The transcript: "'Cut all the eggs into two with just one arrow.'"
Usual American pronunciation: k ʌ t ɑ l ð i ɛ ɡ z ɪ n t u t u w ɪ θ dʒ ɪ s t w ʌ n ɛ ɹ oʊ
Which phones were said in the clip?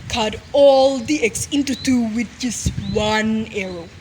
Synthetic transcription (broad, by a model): k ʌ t ɑ l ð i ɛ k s ɪ n t u t u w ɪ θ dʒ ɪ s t w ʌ n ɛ ɹ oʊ